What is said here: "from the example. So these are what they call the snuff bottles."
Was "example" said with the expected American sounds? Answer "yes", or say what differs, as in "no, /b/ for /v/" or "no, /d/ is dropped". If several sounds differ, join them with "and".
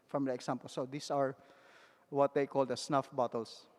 no, /s/ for /z/